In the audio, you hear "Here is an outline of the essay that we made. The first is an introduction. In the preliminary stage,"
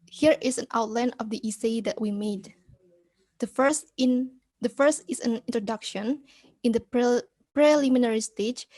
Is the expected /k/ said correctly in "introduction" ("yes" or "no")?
yes